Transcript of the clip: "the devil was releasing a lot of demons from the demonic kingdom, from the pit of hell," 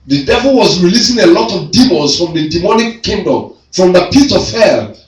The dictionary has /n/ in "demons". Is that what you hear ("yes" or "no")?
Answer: no